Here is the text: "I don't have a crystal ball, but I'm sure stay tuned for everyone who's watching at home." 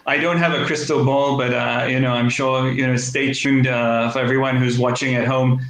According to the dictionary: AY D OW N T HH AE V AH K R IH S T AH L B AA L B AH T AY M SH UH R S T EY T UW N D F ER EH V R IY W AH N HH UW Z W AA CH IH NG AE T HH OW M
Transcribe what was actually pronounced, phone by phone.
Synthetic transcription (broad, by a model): AY D OW N T HH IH V AH K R IH S T L B AA L B AH T AY M SH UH R S T EY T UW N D F ER EH V R IY W AH N HH UW Z W AA CH IH NG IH T HH OW M